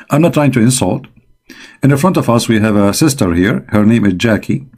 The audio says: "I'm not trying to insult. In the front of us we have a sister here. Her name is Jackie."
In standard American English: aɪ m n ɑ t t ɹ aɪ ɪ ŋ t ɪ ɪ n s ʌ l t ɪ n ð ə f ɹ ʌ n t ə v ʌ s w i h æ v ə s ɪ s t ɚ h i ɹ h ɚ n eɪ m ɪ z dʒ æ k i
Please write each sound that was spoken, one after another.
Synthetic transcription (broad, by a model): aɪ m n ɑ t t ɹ aɪ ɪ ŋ t ɪ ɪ n s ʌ l t ɪ n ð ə f ɹ ʌ n t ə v ʌ s w i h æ v ə s ɪ s t ɚ h i ɹ h ɚ n eɪ m ɪ z dʒ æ k i